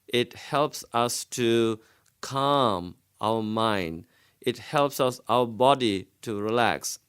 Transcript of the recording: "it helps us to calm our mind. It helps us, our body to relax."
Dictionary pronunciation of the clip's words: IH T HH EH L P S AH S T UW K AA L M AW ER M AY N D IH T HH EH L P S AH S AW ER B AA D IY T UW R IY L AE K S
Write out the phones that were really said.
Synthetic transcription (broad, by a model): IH T HH EH L P S AH S T UW K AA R M AW ER M AY N D IH T HH EH L P S AH S AW ER B AA D IY T UW R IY L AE K S